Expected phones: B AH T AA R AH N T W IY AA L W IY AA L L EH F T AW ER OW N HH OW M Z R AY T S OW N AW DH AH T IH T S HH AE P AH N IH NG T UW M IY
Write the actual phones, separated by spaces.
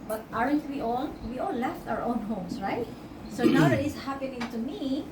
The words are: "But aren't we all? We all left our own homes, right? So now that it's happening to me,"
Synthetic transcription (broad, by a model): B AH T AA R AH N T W IY AA L W IY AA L L EH F T AW ER OW N HH OW M S R AY T S OW N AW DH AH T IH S HH AE P AH N IH NG T UW M IY